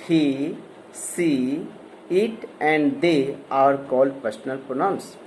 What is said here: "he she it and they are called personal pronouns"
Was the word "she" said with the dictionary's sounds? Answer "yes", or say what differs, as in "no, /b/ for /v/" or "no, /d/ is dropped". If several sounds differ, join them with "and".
no, /s/ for /ʃ/